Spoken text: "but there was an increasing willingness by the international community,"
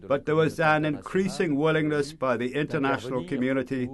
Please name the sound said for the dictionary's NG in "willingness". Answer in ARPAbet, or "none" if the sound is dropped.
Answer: NG